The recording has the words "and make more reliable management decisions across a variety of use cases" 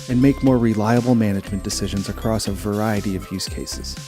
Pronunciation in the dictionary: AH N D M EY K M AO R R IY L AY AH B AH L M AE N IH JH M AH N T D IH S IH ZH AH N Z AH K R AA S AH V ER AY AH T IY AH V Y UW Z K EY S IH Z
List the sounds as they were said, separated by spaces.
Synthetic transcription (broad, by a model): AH N M EY K M AO R R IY L AY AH B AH L M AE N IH JH M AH N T D IH S IH ZH AH N Z AH K R AA S AH V ER AY AH T IY AH V Y UW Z K EY S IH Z